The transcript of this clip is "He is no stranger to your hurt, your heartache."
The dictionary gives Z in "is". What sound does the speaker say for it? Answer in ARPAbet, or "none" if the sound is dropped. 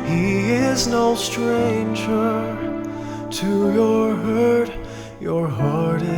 Z